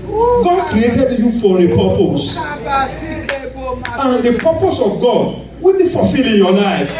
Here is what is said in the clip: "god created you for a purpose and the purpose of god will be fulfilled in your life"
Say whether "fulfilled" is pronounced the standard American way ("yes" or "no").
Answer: no